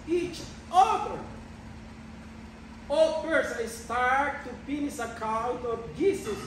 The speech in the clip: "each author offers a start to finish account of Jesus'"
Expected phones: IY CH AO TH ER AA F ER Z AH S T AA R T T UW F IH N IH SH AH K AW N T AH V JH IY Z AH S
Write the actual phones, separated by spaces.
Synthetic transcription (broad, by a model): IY CH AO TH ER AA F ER S AH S T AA R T T UW P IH N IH S AH K AW N T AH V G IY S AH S